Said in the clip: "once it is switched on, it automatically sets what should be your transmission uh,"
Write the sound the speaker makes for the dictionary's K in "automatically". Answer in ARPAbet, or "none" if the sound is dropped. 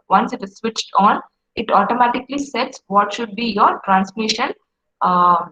K